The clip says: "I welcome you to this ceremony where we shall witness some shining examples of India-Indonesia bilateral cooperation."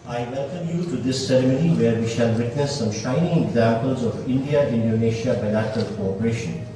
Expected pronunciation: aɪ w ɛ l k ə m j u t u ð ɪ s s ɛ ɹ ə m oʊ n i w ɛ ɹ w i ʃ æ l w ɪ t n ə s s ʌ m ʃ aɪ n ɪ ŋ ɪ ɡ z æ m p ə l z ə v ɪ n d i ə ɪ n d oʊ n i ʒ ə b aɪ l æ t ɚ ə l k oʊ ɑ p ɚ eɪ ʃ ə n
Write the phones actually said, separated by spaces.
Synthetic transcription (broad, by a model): aɪ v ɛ l k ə m j u t u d ɪ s s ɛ ɹ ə m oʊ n i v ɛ ɹ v i ʃ æ l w ɪ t n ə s s ʌ m ʃ aɪ n ɪ ŋ ɪ ɡ z æ m p ə l z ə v ɪ n d i ə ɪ n d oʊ n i ʃ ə b aɪ l æ t ɚ ə l k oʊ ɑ p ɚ eɪ ʃ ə n